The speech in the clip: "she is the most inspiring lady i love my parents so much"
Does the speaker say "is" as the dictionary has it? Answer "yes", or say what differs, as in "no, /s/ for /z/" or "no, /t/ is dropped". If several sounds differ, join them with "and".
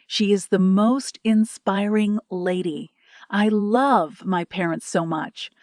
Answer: yes